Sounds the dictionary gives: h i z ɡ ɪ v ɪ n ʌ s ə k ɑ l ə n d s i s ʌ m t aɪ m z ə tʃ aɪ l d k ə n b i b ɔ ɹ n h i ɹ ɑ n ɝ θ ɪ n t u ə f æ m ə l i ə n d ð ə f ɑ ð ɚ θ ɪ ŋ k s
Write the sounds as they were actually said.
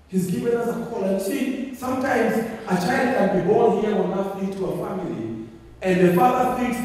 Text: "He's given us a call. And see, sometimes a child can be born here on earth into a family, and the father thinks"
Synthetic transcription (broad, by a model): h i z ɡ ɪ v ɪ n ʌ s ə k ɑ l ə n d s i s ʌ m t aɪ m z ə tʃ aɪ l d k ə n b i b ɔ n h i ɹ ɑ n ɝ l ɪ t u ə f æ m ə l i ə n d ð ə f ɑ ð ɚ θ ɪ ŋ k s